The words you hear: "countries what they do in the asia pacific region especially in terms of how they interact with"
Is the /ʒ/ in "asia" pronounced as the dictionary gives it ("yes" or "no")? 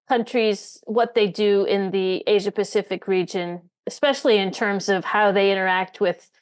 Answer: yes